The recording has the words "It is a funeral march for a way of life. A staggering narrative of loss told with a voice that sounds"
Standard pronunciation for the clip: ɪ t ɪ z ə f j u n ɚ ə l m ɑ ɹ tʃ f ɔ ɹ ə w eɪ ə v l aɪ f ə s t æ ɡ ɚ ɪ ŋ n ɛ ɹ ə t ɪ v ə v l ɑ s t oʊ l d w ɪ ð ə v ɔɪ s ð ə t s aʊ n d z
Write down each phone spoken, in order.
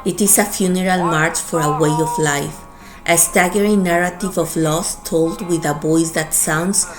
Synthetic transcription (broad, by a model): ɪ t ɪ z ə f j u n ɚ ə l m ɑ ɹ tʃ f ɔ ɹ ə w eɪ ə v l aɪ f ə s t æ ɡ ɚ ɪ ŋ n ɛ ɹ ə t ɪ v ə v l ɑ s t oʊ l d w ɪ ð ə b ɔɪ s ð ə t s aʊ n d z